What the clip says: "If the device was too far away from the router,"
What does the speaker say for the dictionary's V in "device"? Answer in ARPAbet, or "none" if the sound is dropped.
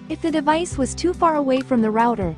V